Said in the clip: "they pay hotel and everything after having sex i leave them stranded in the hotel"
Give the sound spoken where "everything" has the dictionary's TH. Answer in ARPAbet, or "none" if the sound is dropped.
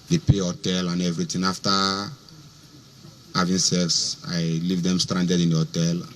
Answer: T